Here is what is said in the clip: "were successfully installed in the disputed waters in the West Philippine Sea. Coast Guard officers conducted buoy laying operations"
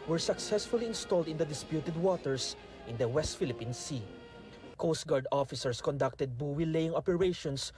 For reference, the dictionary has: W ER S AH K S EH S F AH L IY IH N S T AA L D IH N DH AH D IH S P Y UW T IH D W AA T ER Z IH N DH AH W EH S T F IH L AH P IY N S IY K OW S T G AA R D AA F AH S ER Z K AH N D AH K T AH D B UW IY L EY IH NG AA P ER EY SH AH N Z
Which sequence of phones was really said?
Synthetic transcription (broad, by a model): W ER S AH K S EH S F AH L IY IH N S T AA L D IH N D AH D IH S P Y UW T IH D W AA T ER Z IH N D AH W EH S T F IH L AH P IY N S IY K OW S T G AA R D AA F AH S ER S K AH N D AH K T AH D B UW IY L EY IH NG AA P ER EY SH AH N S